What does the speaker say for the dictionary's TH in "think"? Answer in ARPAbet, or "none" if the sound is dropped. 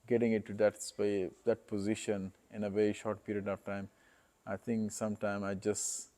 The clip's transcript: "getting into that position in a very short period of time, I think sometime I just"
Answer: T